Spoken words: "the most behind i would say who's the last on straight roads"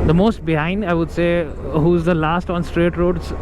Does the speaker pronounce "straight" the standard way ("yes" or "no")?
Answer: yes